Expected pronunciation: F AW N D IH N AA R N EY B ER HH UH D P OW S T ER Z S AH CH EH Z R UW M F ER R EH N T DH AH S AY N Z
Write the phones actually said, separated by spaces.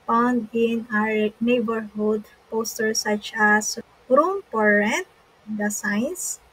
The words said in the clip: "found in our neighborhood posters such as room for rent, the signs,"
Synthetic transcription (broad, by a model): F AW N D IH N AA R N EY B ER HH UH D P OW S T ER S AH CH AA S R UW M P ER R EH N T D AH S AY N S